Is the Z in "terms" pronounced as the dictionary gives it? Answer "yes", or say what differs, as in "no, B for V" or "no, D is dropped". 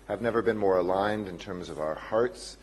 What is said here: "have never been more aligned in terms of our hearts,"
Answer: yes